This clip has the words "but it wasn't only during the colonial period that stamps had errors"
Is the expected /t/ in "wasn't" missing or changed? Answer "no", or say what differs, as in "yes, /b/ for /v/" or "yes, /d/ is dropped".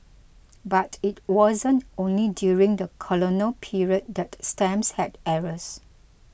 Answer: no